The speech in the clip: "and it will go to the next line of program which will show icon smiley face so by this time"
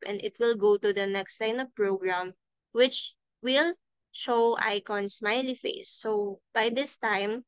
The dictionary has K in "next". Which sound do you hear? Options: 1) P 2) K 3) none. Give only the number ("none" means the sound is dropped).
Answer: 2